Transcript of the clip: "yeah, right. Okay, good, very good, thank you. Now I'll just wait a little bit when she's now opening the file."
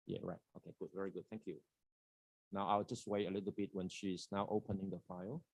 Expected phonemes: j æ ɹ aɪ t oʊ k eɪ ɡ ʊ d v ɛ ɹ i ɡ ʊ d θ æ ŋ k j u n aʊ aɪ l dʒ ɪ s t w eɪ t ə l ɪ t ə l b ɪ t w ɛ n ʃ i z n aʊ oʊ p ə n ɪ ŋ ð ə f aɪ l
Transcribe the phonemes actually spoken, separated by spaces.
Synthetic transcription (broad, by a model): j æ ɹ aɪ t oʊ k eɪ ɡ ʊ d v ɛ ɹ i ɡ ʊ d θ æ ŋ k j u n aʊ aɪ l dʒ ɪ s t w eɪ ə l ɪ t ə l b ɪ t w ɛ n ʃ i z n aʊ oʊ p ə n ɪ ŋ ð ə f aɪ l